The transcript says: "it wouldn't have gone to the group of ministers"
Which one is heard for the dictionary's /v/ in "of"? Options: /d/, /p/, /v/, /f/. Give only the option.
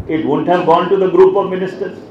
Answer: /v/